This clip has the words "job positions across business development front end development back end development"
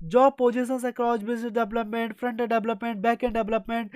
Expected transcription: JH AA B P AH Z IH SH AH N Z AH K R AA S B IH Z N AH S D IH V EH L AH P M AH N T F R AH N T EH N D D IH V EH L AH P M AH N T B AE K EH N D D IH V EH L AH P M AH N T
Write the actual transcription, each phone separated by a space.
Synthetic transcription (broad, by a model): JH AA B P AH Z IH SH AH N S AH K L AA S B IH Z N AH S D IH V L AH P M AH N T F R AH N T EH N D D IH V L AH P M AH N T B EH K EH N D D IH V L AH P M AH N T